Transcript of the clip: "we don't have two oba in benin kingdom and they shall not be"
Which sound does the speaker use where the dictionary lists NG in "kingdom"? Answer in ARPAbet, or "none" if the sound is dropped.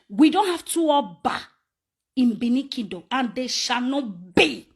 none